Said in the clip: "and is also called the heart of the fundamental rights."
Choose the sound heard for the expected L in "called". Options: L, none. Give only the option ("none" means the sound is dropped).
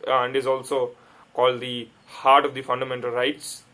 L